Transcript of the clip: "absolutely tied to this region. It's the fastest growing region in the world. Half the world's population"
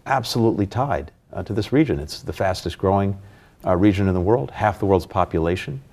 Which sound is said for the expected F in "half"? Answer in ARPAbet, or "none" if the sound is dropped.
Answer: F